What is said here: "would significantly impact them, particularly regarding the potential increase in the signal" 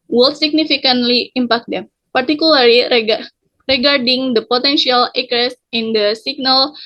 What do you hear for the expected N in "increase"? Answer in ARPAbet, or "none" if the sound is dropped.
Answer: none